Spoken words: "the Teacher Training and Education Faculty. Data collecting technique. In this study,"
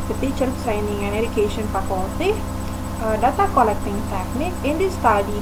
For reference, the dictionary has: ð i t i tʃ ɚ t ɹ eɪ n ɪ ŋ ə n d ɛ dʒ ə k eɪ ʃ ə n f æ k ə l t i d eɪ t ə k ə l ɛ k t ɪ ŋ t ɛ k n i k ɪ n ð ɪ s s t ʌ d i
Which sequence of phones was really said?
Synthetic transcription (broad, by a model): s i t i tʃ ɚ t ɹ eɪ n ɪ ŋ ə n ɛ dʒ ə k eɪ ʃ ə n p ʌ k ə t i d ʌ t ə k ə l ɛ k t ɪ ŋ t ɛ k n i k ɪ n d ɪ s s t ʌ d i